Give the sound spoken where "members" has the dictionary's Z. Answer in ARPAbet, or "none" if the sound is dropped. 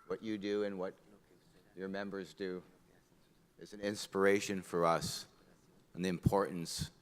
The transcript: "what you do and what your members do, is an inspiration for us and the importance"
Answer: Z